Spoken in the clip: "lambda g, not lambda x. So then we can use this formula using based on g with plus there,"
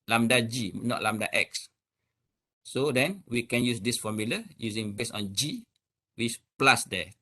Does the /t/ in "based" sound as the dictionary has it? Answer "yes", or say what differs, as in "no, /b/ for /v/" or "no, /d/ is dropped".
no, /t/ is dropped